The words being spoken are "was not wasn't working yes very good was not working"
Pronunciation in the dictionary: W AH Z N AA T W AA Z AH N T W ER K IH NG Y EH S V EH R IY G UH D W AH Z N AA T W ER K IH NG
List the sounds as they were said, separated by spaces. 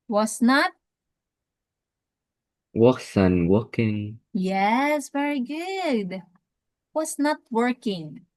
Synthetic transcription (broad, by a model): W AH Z N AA T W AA S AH N W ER K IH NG Y EH S V EH R IY G UH D W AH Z N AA T W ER K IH NG